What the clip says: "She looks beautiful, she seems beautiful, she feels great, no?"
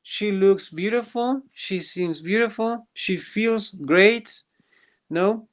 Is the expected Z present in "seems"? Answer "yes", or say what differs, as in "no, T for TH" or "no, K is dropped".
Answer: yes